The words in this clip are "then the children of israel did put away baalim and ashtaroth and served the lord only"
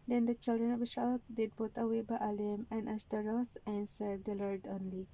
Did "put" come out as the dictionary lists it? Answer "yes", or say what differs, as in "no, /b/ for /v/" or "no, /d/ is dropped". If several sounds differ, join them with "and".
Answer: no, /b/ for /p/